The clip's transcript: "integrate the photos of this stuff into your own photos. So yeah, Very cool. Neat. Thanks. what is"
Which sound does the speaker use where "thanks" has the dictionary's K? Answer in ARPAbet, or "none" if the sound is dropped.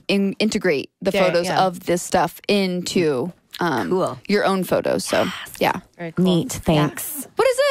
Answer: K